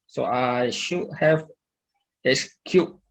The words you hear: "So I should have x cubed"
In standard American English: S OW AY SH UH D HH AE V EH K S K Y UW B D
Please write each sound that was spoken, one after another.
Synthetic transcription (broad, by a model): S OW AY SH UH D HH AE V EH S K Y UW